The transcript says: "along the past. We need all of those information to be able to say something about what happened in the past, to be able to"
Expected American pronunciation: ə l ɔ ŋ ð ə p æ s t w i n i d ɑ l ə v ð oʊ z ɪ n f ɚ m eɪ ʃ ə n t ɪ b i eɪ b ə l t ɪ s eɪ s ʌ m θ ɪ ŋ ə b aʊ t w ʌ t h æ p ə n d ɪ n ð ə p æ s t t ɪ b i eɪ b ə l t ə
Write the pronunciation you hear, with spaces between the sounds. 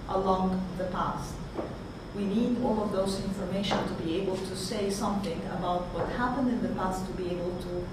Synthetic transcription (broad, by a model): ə l ɔ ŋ ð ə p æ s t w i n i d ɑ l ə v ð oʊ z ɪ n f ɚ m eɪ ʃ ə n t ɪ b i eɪ b ə l t ɪ s eɪ s ʌ m θ ɪ ŋ ə b aʊ t w ʌ t h æ p ə n d ɪ n ð ə p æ s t t ɪ b i eɪ b ə l t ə